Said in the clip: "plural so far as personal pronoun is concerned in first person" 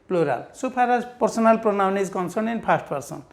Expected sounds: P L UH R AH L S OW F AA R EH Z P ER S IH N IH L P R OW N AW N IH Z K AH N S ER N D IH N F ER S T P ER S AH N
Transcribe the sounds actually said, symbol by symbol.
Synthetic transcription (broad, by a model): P L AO R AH L S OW P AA R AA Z P ER S IH N IH L P R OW N AW N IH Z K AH N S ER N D IH N P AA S T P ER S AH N